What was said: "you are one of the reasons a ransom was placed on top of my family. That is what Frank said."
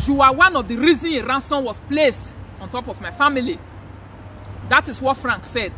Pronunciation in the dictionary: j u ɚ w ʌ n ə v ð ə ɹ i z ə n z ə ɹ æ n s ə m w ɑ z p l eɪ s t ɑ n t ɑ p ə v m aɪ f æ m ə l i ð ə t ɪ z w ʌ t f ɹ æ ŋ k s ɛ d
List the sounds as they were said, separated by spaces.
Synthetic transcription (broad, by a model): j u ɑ w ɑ n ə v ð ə ɹ i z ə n ə ɹ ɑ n s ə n w ɑ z p l eɪ s t ɑ n t ɑ p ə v m aɪ f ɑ m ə l i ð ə t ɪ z w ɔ t f ɹ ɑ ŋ k s ɛ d